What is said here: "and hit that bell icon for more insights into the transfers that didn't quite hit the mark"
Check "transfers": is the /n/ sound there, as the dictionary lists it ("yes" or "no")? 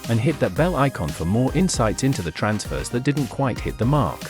yes